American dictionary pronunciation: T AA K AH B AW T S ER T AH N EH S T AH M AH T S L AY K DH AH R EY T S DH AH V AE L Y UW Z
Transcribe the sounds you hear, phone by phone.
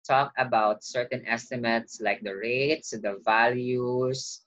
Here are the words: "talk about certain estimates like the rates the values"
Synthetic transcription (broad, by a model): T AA K AH B AW T S ER T AH N EH S T AH M AH T S L AY K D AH R EY T S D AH V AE L Y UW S